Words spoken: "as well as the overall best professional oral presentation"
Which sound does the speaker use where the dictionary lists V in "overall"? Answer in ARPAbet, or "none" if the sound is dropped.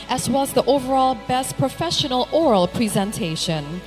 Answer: V